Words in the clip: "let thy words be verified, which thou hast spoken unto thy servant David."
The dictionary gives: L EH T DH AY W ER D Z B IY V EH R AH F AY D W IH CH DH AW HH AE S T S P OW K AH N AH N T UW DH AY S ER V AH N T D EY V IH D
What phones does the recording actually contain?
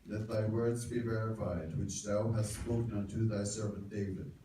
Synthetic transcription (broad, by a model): L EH T DH AY W ER D Z B IY V EH R AH F AY D W IH CH DH AW HH AE S T S P OW K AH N AH N T UW DH AY S ER V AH N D EY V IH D